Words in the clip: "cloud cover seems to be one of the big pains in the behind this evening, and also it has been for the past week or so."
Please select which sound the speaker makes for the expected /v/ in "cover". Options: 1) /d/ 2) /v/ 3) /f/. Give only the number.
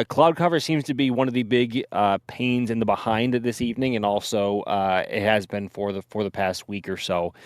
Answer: 2